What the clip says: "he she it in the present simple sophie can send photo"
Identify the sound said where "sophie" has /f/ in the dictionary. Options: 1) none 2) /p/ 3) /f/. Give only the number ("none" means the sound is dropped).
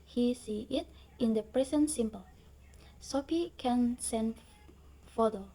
2